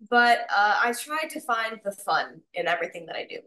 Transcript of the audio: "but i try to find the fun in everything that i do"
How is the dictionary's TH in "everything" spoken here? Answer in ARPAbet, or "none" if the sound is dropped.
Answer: TH